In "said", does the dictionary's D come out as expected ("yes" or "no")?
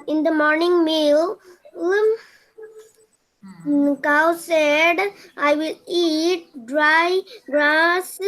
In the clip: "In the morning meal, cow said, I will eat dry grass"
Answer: yes